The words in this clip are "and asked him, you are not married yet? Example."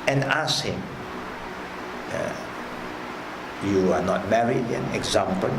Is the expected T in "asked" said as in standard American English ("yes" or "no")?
no